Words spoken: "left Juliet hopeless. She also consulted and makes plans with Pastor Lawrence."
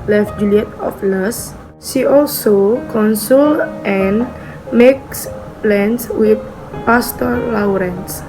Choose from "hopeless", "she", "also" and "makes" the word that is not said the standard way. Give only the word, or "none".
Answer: hopeless